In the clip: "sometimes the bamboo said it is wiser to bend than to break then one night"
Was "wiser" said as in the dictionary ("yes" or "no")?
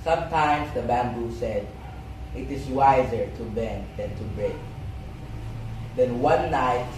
yes